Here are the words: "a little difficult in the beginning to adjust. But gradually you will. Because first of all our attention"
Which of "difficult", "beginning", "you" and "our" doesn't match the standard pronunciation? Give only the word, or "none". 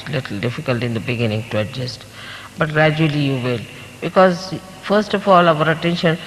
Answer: none